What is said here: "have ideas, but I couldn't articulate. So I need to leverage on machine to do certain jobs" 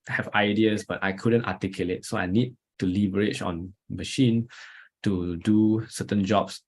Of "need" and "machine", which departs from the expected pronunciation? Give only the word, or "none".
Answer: none